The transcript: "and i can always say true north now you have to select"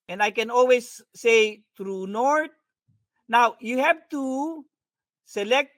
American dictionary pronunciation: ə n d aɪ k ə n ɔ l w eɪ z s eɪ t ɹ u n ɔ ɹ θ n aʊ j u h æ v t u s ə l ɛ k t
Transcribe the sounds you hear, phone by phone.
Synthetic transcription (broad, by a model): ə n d aɪ k ə n ɔ l w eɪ s eɪ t ɹ u n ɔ ɹ t n aʊ j u h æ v t u s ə l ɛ k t